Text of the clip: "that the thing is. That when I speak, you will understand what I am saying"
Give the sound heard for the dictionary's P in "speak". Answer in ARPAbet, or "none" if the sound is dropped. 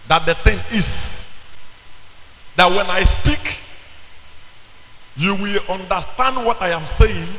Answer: P